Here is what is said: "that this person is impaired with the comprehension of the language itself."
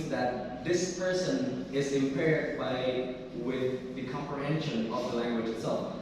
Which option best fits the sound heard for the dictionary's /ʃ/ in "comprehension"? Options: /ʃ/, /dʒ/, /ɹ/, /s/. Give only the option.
/ʃ/